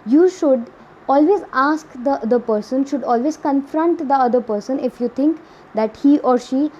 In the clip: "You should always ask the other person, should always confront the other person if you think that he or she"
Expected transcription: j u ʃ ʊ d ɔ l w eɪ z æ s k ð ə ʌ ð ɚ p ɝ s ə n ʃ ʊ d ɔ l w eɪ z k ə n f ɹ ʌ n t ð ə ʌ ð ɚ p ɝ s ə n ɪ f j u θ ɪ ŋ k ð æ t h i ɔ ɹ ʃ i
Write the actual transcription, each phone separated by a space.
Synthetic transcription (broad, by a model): j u ʃ ʊ d ɔ l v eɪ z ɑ s k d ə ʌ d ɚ p ɝ s ə n ʃ ʊ d ɔ l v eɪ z k ə n f ɹ ʌ n t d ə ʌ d ɚ p ɝ s ə n ɪ f j u t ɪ ŋ k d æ t h i ɔ ɹ ʃ i